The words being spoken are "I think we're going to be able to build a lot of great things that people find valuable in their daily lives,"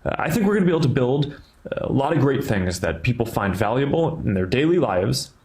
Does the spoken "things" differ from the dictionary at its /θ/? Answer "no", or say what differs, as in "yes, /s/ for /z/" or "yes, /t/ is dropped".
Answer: no